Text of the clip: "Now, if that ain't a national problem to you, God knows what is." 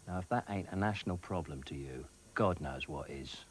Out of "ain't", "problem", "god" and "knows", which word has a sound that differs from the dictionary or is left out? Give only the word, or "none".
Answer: none